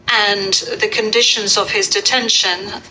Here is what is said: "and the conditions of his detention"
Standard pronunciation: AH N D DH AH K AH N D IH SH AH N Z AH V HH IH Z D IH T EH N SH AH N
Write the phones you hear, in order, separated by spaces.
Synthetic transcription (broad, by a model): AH N DH AH K AH N D IH SH AH N Z AH V IH Z D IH T EH N SH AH N